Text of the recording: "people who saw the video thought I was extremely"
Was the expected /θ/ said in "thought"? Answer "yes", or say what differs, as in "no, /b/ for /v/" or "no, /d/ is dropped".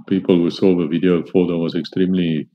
no, /f/ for /θ/